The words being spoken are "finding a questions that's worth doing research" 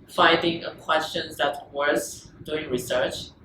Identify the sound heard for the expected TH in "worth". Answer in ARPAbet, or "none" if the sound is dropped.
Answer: S